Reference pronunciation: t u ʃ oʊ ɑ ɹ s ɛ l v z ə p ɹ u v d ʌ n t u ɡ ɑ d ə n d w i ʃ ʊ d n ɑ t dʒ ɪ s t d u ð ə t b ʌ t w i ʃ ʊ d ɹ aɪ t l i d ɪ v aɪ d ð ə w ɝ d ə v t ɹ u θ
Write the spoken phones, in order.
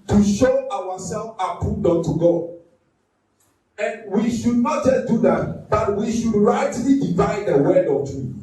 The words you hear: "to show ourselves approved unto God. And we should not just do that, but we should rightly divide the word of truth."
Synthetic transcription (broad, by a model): t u ʃ oʊ ɑ w s ɛ l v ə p u d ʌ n t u ɡ ɑ d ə n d w i ʃ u d n ɑ t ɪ d u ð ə t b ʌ t w i ʃ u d ɹ aɪ t l i d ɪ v aɪ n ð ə w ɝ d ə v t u